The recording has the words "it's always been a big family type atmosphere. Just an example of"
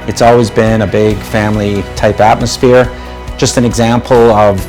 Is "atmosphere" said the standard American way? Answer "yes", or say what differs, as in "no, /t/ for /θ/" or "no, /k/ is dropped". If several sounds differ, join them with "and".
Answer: yes